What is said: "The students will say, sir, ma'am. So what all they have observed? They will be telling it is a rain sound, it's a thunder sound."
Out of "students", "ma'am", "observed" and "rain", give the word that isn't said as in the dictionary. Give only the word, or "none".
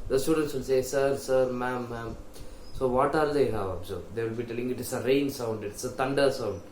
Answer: observed